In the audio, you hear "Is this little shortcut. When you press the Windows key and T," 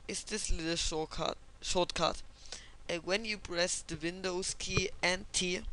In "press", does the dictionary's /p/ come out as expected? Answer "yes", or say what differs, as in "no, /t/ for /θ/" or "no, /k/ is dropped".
no, /b/ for /p/